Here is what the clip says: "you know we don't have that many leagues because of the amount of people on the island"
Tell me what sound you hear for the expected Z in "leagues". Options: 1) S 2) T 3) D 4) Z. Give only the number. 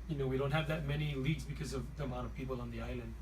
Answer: 4